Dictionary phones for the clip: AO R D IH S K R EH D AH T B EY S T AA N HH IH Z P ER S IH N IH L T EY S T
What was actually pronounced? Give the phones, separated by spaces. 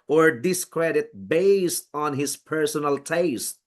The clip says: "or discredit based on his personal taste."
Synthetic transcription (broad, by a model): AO R D IH S K R EH D AH T B EY S T AA N HH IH S P ER S IH N IH L T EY S T